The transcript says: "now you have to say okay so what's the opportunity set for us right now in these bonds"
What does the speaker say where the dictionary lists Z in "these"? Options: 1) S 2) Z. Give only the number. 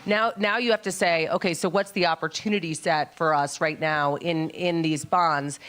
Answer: 2